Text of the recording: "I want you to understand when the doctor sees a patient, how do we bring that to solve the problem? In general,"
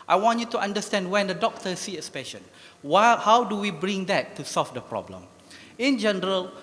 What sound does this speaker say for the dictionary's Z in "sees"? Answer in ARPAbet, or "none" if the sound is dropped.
none